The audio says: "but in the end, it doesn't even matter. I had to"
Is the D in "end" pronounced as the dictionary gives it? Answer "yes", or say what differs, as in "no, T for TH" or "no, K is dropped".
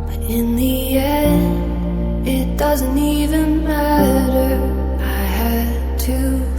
no, D is dropped